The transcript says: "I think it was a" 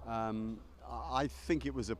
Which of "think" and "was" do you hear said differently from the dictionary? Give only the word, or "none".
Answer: none